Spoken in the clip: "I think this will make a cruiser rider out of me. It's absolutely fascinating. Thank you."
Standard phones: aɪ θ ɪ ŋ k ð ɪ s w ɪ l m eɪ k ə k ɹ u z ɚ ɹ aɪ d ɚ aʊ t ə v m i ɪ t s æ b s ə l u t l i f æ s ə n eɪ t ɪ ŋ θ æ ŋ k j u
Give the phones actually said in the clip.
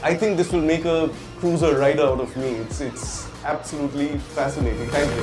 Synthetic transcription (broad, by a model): aɪ t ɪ ŋ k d ɪ s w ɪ l m eɪ k ə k ɹ u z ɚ ɹ aɪ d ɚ aʊ t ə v m i ɪ t s æ b s ə l u t l i f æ s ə n eɪ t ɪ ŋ t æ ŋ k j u